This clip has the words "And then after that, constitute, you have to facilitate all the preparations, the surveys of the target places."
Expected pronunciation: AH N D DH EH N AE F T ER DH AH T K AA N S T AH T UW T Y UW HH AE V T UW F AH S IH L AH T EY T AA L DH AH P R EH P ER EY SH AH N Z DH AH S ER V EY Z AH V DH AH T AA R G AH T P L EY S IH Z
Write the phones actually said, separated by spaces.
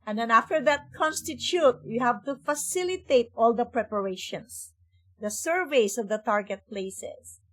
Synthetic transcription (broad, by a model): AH N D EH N AE F T ER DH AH T K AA N S T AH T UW T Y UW HH AE V T UW F AH S IH L AH T EY T AA L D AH P R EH P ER EY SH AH N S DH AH S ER V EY S AH V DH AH T AA R G AH T P L EY S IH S